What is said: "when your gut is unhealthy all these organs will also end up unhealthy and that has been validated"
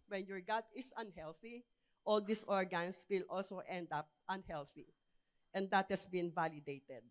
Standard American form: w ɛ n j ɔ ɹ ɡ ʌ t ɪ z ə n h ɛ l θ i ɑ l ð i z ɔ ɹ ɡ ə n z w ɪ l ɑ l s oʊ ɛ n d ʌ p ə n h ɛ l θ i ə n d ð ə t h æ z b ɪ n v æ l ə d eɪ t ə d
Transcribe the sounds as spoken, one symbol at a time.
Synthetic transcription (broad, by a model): w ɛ n j ɔ ɹ ɡ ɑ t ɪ s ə n h ɛ l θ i ɑ l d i s ɔ ɹ ɡ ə n s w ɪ l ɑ l s oʊ ɛ n d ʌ p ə n h ɛ l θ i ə n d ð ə t h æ s b ɪ n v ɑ l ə d eɪ t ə d